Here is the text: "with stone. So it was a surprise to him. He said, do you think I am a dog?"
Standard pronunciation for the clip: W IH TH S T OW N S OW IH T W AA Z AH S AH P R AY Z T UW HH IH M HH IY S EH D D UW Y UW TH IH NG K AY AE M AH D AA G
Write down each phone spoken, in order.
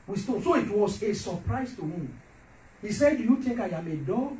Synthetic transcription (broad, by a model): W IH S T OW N S OW IH T W AA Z AH S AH P R AY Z T UW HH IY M HH IY S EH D D UW Y UW T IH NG K AY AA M AH D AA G